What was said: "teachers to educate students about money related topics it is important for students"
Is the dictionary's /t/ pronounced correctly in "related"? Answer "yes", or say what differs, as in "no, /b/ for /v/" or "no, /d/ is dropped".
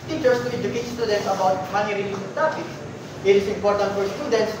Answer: no, /s/ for /t/